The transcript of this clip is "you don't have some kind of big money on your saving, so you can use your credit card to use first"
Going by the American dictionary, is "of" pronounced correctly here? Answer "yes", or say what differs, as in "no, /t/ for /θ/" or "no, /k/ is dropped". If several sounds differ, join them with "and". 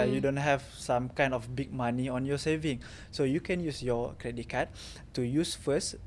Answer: no, /f/ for /v/